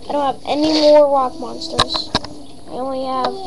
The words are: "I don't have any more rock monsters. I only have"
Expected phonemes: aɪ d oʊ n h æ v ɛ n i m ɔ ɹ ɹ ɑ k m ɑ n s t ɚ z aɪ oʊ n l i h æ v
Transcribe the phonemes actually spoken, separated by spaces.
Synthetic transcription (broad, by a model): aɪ d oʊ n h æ v ɛ n i m ɔ ɹ w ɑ k m ɑ n s t ɚ z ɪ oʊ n w i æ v